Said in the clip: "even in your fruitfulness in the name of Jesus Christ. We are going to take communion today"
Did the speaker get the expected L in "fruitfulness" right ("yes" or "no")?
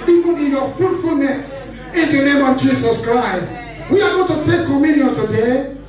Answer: yes